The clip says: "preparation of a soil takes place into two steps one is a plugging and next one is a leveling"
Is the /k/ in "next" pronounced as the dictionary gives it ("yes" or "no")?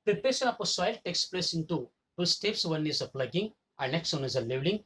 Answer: yes